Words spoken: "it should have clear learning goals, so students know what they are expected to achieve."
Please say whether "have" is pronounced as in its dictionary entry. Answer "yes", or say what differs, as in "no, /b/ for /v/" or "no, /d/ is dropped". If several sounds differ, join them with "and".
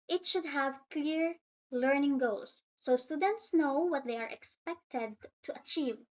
yes